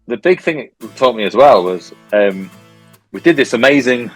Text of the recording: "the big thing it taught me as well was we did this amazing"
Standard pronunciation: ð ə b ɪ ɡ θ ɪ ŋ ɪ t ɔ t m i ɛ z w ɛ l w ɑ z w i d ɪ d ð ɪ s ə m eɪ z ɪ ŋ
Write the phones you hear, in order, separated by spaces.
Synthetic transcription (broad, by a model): ð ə b ɪ ɡ θ ɪ ŋ ɪ t ɔ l m i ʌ z w ɛ l w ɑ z w i d ɪ d ð ɪ s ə m eɪ z ɪ ŋ